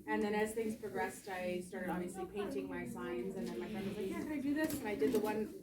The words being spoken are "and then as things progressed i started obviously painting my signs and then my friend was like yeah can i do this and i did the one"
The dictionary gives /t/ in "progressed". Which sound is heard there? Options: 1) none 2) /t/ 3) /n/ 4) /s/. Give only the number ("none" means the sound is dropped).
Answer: 2